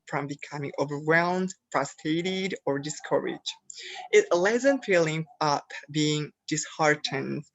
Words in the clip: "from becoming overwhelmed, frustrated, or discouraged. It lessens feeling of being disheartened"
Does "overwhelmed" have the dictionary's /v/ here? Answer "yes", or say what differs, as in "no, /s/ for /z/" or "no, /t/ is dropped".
yes